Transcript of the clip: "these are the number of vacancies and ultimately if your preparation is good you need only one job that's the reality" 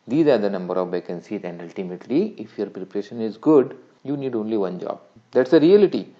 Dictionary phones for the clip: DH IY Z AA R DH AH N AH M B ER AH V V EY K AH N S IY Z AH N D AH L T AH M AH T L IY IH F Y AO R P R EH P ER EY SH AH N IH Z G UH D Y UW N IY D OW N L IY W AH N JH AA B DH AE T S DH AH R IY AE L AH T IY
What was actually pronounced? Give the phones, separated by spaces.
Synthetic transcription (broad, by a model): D IY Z AA R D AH N AH M B ER AH V B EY K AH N S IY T AH N D AH L T AH M AH T L IY IH F Y AO R P R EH P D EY SH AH N IH Z G UH D Y UW N IY D OW N L IY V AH N JH AA B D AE T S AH R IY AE L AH T IY